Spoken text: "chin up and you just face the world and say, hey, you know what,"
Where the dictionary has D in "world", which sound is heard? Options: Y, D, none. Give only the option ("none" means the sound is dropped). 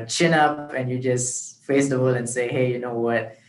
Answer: none